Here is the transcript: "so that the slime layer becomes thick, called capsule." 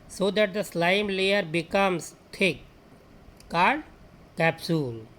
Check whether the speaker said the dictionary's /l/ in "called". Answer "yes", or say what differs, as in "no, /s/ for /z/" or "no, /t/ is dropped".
no, /l/ is dropped